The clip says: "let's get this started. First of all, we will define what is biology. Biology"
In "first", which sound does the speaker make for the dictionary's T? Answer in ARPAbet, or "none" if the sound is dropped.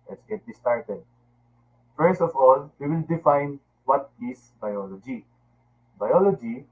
none